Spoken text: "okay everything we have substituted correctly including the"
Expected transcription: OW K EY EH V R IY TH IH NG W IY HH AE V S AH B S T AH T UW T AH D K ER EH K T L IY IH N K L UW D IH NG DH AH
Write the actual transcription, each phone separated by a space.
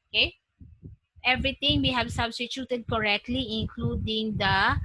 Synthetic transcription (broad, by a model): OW K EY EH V R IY T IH NG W IY HH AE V S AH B S T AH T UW T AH D K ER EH K T L IY IH N K L UW D IH NG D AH